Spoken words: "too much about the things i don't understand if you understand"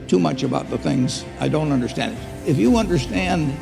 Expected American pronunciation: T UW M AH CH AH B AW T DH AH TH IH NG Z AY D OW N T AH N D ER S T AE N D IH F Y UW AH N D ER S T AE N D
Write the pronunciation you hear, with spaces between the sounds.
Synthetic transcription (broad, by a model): T UW M AH CH AH B AW T DH AH TH IH NG Z AY D OW N T AH N D ER S T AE N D IH F Y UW AH N D ER S T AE N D